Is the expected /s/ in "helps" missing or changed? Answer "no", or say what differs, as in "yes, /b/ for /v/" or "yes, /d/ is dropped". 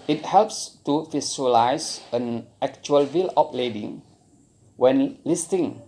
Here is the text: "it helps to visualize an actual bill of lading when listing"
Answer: no